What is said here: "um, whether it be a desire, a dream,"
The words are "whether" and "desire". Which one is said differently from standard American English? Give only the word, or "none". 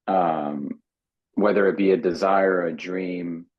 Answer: none